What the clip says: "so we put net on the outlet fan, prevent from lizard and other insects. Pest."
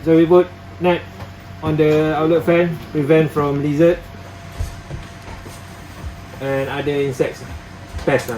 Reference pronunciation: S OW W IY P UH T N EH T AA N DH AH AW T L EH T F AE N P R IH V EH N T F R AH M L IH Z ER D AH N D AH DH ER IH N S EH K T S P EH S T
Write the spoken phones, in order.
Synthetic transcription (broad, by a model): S OW W IY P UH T N EH T AA N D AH AW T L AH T F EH N P R IH V EH N T F R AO M L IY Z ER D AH N D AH IY N S EH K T S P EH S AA